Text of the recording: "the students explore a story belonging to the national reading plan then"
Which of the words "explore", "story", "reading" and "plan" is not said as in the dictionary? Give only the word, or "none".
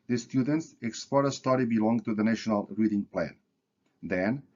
none